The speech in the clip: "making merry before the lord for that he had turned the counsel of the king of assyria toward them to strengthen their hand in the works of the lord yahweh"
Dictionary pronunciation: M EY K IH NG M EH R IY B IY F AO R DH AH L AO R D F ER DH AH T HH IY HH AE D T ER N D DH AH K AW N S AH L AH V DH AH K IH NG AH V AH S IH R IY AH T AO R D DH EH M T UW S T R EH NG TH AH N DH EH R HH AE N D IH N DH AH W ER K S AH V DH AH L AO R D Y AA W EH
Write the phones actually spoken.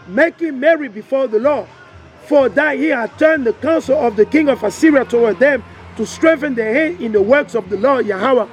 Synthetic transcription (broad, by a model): M EY K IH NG M EH R IY B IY F AO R DH AH L AO F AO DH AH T HH IY HH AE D T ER N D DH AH K AW N S AH L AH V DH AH K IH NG AH V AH S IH R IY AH T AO W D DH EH M T UW S T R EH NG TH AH N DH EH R HH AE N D IH N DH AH W ER K S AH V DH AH L AO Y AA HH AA W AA